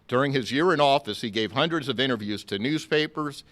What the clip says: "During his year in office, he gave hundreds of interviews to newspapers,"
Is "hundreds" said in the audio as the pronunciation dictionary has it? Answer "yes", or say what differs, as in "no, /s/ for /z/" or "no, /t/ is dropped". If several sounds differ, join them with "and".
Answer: yes